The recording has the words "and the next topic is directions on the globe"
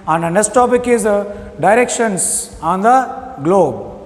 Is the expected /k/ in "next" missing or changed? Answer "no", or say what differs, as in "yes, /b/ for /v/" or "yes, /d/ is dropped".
yes, /k/ is dropped